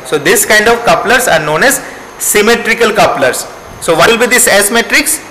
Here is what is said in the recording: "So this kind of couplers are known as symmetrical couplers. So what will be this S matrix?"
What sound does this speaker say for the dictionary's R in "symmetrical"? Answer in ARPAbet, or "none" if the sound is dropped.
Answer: R